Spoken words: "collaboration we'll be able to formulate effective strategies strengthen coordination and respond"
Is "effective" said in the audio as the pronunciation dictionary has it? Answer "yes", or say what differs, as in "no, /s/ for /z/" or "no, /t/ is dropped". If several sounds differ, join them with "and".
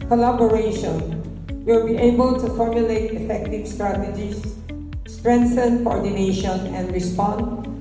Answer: yes